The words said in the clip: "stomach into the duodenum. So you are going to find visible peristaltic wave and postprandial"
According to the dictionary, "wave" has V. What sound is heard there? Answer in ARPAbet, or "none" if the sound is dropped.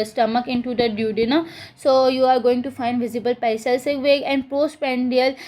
none